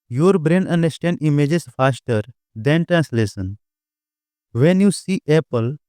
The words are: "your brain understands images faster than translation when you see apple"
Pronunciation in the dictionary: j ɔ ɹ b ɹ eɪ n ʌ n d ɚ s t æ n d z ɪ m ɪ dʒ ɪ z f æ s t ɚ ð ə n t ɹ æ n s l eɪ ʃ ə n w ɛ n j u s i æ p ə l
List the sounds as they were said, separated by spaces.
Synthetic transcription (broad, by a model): j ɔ ɹ b ɹ eɪ n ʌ n d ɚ s t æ n d ɪ m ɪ dʒ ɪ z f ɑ s t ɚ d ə n t ɹ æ n s l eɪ s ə n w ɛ n j u s i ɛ p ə l